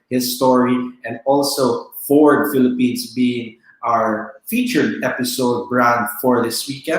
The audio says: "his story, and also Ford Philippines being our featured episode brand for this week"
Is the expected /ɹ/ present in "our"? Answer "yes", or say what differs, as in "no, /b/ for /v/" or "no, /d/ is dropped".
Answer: yes